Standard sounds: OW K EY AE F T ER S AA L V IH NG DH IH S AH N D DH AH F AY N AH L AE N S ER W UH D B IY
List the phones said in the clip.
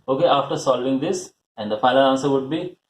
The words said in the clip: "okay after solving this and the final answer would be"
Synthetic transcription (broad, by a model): OW K EY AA F T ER S AA L V IH NG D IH S AH N D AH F AY L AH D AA N S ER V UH D B IY